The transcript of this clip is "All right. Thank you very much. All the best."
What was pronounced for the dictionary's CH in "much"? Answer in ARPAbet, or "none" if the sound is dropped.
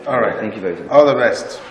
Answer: none